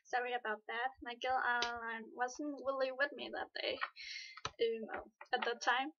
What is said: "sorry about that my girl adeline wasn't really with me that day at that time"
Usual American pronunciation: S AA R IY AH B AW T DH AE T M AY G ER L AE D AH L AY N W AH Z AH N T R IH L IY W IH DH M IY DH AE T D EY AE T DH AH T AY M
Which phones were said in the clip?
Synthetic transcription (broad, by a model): S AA R IY AH B AW T DH AE T M AY G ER L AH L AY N W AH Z N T W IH L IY W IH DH M IY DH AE T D EY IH T DH AH T AY M